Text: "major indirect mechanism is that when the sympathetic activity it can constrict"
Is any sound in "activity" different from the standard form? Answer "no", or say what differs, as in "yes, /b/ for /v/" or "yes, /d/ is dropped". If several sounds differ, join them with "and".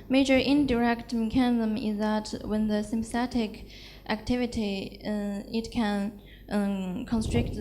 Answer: no